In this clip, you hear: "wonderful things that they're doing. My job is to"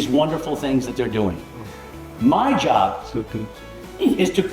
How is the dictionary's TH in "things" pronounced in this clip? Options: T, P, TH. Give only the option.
TH